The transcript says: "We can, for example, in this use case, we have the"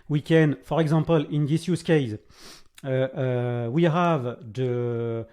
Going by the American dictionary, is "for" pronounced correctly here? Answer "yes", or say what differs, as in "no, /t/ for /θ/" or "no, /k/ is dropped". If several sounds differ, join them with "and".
yes